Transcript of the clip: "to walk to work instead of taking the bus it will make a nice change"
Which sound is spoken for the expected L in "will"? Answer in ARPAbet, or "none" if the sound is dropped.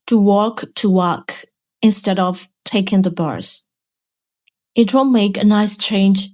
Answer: N